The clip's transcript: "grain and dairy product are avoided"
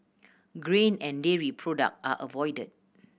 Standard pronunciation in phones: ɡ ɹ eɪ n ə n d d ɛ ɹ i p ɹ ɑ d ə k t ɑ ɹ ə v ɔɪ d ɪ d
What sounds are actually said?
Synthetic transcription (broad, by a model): ɡ ɹ eɪ n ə n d d ɛ ɹ i p ɹ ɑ d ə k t ɑ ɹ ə v ɔɪ d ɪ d